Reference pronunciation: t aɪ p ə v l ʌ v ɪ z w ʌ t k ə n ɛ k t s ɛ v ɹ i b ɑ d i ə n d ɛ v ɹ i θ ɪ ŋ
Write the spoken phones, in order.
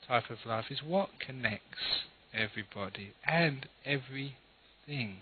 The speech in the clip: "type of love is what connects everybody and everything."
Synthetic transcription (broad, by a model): t aɪ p ə v l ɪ f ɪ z w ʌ t k ə n ɛ k t s ɛ v ɹ i b ɑ d i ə n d ɛ v ɹ i θ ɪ ŋ